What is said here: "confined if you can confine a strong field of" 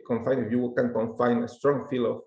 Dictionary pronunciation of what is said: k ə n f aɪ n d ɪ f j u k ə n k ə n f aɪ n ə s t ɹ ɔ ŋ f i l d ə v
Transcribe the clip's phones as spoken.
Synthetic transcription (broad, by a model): k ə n f aɪ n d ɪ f j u k ə n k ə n f aɪ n ə s t ɹ ɔ ŋ f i l ə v